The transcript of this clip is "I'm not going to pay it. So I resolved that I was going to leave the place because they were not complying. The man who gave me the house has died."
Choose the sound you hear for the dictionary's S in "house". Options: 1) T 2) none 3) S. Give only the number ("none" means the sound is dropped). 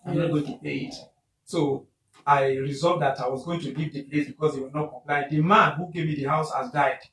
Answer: 3